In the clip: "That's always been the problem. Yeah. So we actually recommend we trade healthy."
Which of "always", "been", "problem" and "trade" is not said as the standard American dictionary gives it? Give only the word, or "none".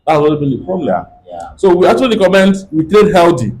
always